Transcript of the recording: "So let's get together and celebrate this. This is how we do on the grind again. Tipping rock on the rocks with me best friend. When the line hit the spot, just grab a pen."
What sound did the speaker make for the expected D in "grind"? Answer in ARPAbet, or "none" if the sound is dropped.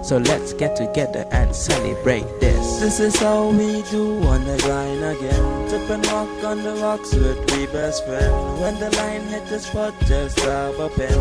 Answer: none